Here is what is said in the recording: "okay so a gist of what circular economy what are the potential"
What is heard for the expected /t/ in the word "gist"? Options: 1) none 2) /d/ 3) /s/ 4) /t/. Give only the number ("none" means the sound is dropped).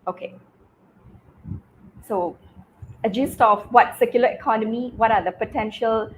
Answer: 4